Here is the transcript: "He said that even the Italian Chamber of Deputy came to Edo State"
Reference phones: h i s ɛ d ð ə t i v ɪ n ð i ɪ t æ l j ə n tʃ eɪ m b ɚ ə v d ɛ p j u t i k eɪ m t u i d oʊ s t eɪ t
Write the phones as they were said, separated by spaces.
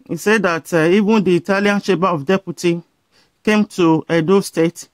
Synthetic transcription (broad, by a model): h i s ɛ d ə t i v ɪ n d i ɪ t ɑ l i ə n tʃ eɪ b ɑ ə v d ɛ p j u t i k eɪ m t u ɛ d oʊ s t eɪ t